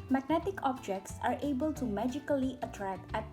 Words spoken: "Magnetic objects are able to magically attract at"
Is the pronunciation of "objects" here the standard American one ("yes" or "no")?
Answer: yes